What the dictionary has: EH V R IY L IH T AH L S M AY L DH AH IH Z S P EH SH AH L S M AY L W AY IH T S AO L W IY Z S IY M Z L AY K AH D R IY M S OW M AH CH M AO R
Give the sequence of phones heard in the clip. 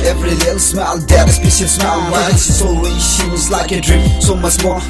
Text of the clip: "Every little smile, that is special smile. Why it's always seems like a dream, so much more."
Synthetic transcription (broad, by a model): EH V R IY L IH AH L S M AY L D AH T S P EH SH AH S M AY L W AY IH S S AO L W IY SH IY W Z L AY K AH D R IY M S OW M AH CH M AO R